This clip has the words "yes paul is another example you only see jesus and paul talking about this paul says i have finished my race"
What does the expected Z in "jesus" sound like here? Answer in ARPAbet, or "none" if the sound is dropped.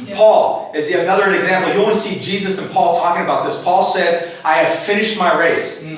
Z